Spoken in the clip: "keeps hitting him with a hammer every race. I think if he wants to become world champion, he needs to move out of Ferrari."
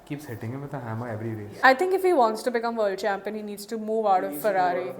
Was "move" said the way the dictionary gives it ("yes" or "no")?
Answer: yes